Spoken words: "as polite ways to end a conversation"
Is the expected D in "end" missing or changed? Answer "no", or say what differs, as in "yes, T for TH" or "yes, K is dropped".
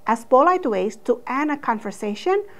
yes, D is dropped